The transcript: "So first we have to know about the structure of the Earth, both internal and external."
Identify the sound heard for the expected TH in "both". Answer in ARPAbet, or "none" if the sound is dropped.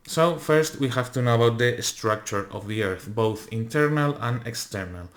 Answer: TH